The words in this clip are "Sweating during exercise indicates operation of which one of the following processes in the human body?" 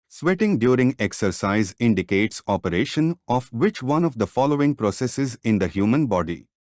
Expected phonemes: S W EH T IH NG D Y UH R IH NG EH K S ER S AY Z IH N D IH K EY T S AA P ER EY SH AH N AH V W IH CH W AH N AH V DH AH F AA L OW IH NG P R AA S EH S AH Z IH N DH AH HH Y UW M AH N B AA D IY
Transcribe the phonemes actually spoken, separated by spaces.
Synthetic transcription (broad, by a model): S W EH T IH NG D Y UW R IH NG EH K S ER S AY Z IH N D IH K EY T S AA P ER EY SH AH N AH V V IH CH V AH N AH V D AH F AA L OW IH NG P R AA S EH S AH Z IH N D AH HH Y UW M AH N B AA D IY